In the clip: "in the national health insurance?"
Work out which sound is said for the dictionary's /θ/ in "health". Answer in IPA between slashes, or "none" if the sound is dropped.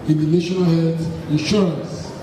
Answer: /s/